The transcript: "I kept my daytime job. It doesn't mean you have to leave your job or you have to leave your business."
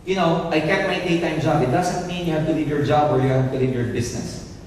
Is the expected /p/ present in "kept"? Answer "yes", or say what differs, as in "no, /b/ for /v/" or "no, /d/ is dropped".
no, /p/ is dropped